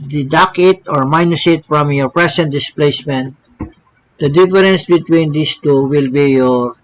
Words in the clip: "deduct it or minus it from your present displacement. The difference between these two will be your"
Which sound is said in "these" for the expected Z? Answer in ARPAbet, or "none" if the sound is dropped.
S